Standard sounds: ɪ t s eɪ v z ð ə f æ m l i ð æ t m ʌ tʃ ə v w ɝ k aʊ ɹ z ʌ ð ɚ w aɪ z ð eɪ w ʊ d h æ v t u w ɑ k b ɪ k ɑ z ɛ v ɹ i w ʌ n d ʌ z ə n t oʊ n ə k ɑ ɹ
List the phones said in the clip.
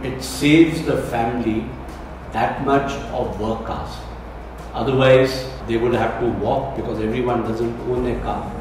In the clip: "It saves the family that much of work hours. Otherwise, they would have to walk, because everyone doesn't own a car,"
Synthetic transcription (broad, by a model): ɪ t s eɪ v z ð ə f æ m l i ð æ t m ʌ tʃ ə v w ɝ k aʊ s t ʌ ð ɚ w aɪ z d eɪ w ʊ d h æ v t u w ɑ k b ɪ k ɑ z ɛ v ɹ i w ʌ n d ʌ z ə n t oʊ n ə k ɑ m